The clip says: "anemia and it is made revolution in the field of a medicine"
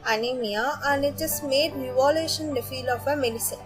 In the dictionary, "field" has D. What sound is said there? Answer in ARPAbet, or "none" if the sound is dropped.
none